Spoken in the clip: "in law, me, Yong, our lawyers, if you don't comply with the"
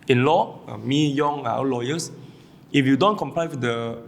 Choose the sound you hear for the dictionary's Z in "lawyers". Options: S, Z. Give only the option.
S